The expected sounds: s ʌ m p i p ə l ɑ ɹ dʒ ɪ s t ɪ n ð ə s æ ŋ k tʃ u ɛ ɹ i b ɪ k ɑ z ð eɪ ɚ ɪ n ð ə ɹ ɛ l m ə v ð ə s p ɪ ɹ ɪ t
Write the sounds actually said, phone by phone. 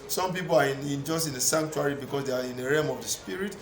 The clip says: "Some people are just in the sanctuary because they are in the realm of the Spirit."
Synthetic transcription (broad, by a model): s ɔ m p i p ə n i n dʒ ɪ s t ɪ n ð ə s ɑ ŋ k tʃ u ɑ ɹ i b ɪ k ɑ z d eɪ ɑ ɪ n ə ɹ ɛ m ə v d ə s p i ɹ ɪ t